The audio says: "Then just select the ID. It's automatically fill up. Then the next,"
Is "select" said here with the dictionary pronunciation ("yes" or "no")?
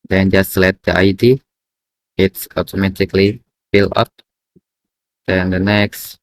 no